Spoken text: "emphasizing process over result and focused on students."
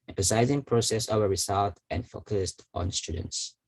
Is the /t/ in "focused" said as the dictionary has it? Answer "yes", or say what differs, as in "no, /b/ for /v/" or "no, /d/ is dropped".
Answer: yes